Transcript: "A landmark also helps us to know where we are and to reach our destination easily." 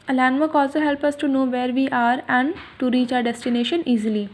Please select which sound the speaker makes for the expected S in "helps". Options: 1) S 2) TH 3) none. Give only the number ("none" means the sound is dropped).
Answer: 3